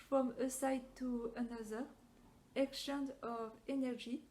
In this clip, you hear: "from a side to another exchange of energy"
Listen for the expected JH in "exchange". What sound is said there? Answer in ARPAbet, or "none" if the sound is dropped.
none